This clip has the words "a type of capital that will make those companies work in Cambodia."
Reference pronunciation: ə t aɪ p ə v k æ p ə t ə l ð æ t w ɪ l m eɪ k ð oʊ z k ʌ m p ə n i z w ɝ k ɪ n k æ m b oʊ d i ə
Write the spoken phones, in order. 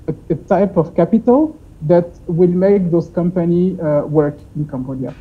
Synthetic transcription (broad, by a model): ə t aɪ p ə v k æ p ə t ə l ð æ t w ɪ l m eɪ k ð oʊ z k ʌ m p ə n i w ɝ k ɪ n k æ m b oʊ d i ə